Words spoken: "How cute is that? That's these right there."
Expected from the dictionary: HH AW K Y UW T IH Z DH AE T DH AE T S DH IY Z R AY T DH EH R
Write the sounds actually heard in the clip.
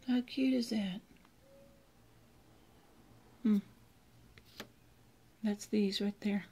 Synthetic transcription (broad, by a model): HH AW K Y UW T IH Z DH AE T DH AE T S DH IY Z R AY T DH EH R